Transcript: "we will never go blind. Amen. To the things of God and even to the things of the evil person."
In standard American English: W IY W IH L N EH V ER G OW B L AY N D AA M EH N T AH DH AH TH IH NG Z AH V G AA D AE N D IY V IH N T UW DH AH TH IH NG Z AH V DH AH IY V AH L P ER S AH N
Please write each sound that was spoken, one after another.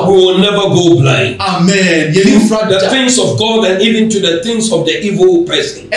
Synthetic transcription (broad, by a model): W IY W IH L N EH V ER G OW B L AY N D AA M EH N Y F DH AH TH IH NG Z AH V G AA D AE N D IY V IH N T UW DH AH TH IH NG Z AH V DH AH IY V AH L P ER S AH N